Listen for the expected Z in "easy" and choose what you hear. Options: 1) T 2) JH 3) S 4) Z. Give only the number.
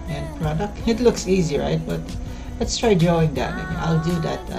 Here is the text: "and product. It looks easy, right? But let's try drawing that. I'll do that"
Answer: 4